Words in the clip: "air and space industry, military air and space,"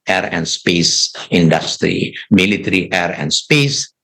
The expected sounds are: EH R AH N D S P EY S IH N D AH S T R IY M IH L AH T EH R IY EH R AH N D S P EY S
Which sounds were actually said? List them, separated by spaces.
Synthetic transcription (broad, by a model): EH R AH N D S P EY S IH N D AH S T R IY M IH L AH T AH R IY EH R AH N D S P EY S